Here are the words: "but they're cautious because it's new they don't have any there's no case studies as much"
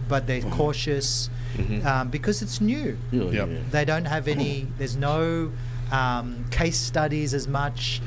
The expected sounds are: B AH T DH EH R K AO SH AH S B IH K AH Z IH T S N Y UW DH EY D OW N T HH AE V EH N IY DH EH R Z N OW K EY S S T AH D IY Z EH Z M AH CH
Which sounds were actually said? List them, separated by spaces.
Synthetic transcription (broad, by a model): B AH T DH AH R K AO SH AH S B IH K AH Z IH T S N Y UW DH EY D OW N T HH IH V EH N IY DH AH R Z N OW K EY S S T AH D IY Z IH Z M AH CH